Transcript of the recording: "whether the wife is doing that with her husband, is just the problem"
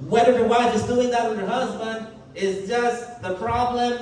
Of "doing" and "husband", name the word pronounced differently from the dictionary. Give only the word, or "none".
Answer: none